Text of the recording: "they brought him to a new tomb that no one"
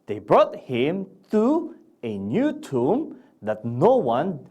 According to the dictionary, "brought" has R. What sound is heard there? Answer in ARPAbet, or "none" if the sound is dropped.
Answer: R